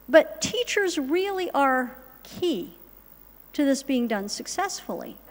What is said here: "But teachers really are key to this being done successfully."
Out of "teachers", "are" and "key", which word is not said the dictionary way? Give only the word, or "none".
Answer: none